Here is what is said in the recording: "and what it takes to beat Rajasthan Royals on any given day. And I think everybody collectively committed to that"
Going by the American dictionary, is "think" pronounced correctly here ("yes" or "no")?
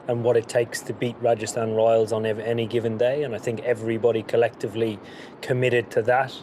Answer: yes